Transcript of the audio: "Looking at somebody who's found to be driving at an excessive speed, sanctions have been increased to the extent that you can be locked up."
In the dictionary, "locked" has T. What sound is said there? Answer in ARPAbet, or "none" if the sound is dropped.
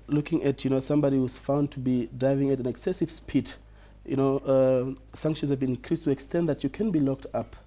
T